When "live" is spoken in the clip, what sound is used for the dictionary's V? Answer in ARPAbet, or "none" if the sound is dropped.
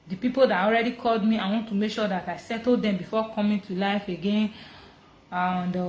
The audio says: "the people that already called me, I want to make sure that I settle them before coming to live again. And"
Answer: F